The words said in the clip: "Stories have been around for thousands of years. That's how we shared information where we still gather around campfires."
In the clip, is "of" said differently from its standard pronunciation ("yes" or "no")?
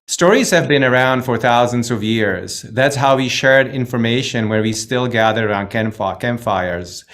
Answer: no